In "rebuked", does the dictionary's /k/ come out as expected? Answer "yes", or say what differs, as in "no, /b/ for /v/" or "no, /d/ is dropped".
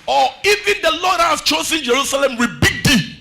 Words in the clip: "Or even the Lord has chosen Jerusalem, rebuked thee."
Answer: no, /k/ is dropped